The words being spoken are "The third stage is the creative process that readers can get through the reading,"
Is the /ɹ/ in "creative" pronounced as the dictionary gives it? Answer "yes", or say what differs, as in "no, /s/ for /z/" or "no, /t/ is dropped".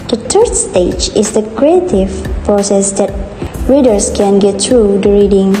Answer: yes